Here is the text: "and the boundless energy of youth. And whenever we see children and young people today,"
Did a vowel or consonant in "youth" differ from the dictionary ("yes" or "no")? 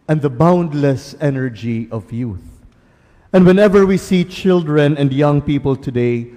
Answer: no